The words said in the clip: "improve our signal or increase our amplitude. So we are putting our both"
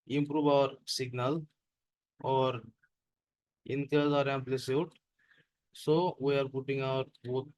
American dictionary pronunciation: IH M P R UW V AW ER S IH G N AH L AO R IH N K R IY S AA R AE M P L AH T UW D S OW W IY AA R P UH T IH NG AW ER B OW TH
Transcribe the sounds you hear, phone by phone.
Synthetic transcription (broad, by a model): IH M P R UW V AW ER S IH G N AH L AO R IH N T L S AA R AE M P L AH S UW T S OW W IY AA R P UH T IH NG AW ER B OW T